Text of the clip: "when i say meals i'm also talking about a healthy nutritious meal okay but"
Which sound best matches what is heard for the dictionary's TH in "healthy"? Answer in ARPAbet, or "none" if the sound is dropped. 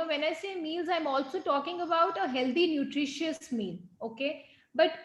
T